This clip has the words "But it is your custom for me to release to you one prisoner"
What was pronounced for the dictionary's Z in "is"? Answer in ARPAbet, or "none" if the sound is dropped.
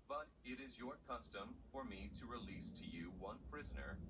Z